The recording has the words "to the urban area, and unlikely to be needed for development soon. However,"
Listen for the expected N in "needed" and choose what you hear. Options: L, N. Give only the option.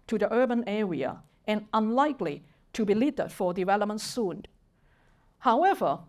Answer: L